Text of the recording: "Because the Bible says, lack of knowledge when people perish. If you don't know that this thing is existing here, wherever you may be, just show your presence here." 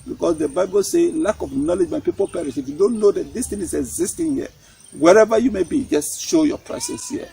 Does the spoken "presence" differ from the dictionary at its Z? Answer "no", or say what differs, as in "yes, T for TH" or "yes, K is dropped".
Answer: yes, S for Z